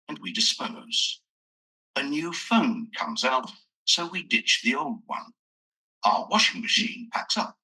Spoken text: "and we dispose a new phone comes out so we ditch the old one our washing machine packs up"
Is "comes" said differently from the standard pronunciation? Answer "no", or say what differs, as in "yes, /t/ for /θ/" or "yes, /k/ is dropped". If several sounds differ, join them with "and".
no